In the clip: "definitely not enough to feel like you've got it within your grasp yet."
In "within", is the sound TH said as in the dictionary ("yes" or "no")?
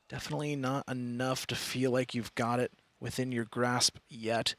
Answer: yes